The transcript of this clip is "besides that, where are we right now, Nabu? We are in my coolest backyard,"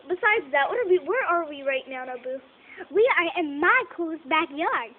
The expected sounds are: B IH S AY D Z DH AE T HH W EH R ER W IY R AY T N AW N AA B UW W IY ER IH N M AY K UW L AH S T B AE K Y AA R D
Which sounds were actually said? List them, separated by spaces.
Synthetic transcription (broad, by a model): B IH S AY D Z DH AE T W W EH R ER W IY R AY T N AW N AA B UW W IY ER IH N M AY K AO AH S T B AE K Y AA R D